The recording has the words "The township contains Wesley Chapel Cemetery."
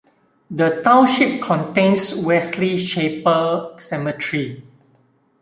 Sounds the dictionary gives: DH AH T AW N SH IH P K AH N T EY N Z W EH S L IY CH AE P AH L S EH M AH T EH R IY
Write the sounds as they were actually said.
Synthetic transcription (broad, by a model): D AH T AW N SH IH P K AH N T EY N S W EH S L IY SH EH P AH S EH M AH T R IY